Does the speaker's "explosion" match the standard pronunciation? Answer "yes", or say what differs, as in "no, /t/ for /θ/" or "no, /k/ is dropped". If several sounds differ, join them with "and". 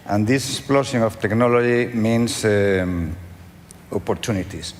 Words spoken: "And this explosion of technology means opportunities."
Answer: no, /s/ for /ʒ/